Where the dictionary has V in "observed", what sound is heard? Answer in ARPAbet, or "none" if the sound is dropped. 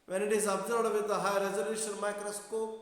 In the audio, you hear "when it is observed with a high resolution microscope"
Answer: none